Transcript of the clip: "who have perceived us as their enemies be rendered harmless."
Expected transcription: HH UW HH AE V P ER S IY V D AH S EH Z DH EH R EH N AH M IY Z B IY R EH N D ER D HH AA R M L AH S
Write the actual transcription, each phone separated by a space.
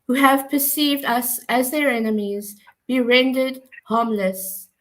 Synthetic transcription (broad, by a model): HH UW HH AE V P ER S IY V D AH S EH Z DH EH R EH N AH M IY Z B IY R EH N D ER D HH AA M L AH S